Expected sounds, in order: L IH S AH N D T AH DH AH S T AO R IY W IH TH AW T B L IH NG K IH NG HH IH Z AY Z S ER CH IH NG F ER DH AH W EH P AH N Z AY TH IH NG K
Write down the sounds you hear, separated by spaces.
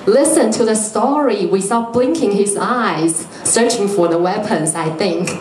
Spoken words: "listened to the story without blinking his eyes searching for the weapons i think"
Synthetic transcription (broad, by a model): L IH S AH N T AH DH AH S T AO R IY W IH S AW B L IH NG K IH NG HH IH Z AY Z S ER CH IH NG F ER DH AH W EH P AH N Z AY TH IH NG K